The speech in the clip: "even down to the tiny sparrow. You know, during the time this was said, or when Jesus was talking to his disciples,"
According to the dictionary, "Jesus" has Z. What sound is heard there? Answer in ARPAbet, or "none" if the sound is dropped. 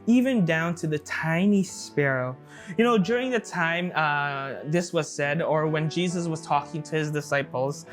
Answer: Z